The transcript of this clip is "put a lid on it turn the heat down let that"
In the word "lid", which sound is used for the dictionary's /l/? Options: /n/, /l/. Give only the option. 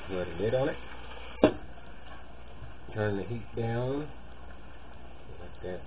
/n/